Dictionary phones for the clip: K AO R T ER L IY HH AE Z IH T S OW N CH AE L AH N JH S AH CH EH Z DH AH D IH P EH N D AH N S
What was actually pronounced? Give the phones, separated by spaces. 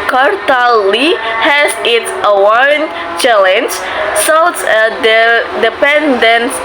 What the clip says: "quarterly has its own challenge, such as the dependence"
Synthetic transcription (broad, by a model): K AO R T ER L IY HH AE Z IH T S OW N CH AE L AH N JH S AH S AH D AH D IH P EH N D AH N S